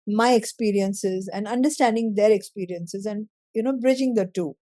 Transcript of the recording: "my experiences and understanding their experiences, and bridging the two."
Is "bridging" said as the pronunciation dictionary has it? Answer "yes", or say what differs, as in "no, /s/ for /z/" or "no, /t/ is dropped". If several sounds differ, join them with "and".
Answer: yes